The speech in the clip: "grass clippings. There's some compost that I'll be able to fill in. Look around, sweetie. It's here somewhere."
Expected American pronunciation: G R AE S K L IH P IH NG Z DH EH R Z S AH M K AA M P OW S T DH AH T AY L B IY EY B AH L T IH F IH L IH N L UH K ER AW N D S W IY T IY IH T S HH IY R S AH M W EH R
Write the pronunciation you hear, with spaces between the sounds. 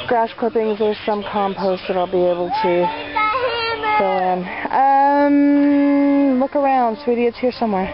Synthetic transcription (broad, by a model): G R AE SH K UH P IH NG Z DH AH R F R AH M K AA M P OW S T DH AH T AY L B IY EY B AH L T IH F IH N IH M L UH K ER AW N D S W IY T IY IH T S HH IY R S AH M W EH R